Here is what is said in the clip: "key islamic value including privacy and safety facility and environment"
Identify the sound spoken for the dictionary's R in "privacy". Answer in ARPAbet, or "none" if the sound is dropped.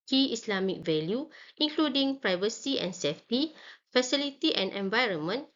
R